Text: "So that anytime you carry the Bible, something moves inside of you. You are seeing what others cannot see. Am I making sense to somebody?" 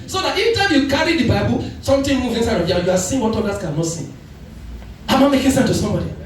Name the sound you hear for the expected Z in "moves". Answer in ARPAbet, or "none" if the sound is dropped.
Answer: none